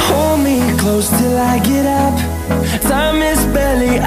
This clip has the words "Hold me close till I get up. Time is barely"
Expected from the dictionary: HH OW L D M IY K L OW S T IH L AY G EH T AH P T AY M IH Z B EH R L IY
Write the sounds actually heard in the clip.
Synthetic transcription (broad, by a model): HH OW L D M IY K L OW S T IH L AY G EH T AH P S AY M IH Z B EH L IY